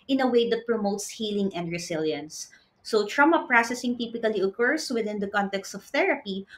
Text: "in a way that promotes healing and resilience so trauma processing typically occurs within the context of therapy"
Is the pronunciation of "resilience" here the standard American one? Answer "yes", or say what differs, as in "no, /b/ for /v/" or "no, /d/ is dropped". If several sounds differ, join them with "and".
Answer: no, /s/ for /z/